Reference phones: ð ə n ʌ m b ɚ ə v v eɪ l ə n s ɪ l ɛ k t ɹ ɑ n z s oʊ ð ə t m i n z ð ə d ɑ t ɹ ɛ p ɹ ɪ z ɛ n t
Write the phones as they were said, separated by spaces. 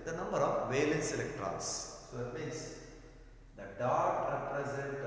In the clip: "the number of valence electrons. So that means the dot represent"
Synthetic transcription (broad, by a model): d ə n ʌ m b ɚ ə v v eɪ l ə n s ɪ l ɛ k t ɹ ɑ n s s oʊ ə t m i n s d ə d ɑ t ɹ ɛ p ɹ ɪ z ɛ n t